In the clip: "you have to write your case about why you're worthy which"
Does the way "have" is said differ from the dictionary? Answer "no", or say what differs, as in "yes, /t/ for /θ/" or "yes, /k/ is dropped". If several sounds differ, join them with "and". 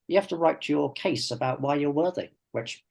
yes, /f/ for /v/